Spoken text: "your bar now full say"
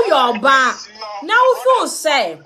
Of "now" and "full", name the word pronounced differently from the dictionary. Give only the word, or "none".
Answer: full